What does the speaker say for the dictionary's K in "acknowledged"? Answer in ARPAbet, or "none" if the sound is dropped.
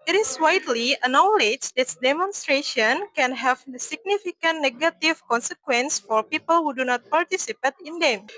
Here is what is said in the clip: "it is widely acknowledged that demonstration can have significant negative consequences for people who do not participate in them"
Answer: none